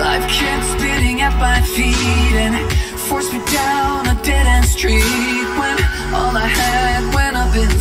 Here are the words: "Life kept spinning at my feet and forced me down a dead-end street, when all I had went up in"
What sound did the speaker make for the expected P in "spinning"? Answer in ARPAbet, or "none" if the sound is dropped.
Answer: B